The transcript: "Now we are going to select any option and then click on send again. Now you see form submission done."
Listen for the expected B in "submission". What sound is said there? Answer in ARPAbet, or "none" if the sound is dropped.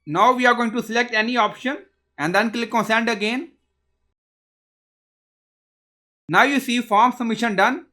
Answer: none